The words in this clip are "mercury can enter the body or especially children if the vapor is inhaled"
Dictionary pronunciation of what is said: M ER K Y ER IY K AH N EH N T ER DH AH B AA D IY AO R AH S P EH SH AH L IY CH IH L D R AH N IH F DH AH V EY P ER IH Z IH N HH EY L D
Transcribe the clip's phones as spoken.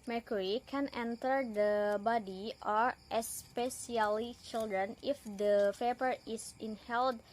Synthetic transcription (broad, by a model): M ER K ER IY K AH N EH N T ER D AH B AA D IY AO R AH S P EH S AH L IY CH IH L D R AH N IH F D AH P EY P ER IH S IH N HH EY L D